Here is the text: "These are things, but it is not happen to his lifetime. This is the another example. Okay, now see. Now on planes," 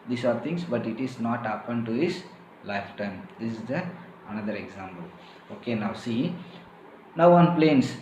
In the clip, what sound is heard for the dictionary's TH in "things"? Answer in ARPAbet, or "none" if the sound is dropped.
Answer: T